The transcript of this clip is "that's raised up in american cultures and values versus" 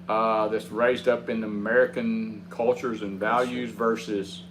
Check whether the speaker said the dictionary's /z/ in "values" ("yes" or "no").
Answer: yes